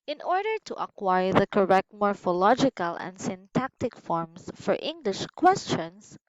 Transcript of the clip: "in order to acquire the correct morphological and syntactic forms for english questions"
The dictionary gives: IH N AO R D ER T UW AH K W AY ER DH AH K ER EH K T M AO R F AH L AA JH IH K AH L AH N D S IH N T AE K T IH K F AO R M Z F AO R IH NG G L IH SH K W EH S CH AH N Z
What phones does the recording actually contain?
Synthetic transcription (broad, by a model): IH N AO R D ER T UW AH K W AY ER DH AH K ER EH K T M AO R F AH L AA JH IH K AH L AH N D S IH N T AE K T IH K F AO R M S F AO R IH NG G L IH SH K W EH S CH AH N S